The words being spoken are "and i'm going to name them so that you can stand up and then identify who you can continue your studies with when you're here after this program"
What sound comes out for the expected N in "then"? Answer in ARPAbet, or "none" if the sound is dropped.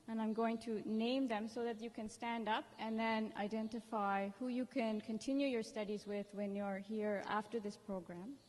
N